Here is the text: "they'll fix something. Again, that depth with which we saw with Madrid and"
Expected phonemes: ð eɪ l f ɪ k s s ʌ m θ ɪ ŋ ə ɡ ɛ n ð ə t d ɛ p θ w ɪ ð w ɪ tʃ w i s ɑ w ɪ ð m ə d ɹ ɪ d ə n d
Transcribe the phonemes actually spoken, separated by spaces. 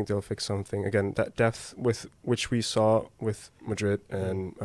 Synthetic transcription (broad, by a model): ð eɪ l f ɪ k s s ʌ m θ ɪ ŋ ə ɡ ɛ n ð ə t d ɛ p θ w ɪ ð w ɪ tʃ w i s ɑ w ɪ ð m ə d ɹ ɪ d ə n